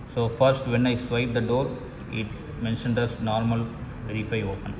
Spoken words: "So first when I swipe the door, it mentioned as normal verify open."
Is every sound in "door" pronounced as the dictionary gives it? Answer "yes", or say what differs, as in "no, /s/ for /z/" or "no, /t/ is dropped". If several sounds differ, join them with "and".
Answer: yes